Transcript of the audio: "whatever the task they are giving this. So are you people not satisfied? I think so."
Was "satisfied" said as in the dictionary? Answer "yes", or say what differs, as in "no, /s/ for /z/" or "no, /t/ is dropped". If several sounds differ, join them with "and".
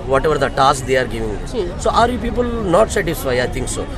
no, /d/ is dropped